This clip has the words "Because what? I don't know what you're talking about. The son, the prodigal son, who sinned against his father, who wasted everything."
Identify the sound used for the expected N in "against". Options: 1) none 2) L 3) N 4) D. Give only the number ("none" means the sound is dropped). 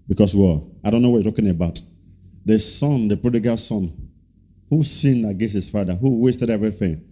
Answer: 1